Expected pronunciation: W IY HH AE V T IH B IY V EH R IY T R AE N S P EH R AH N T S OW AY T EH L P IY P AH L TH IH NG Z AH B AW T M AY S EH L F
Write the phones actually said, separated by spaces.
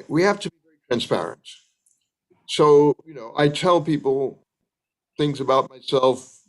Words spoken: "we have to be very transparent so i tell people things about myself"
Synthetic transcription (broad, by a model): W IY HH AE F T IH B IY V EH R IY T R AE N S P EH R AH N T S OW AY T EH L P IY P L TH IH NG Z AH B AW T M AY S EH L F